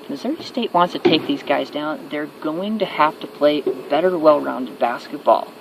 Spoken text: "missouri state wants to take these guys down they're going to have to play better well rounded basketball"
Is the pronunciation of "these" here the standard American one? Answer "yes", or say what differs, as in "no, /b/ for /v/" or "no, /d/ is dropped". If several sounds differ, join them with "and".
yes